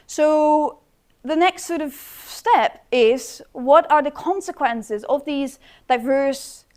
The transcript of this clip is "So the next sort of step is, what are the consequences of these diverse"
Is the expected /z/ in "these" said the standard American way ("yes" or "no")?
yes